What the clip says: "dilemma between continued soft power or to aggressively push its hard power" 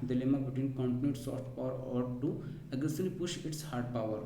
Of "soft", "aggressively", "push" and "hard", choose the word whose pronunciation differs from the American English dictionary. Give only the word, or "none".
aggressively